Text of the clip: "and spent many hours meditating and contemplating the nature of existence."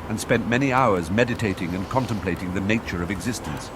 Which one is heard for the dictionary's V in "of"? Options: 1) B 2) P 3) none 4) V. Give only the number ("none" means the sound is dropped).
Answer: 4